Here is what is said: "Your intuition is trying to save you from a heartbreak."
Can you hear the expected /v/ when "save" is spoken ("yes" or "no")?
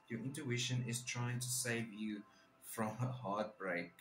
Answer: yes